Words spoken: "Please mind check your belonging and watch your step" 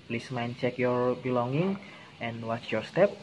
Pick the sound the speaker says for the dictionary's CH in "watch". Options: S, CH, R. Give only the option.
CH